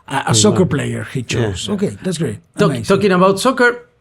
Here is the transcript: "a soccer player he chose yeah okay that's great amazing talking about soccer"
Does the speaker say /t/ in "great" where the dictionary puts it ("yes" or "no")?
no